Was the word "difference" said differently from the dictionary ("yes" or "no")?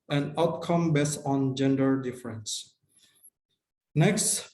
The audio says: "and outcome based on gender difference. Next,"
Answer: no